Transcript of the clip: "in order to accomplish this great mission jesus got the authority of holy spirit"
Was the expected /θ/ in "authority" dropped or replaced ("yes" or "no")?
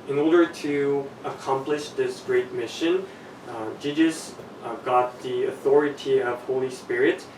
no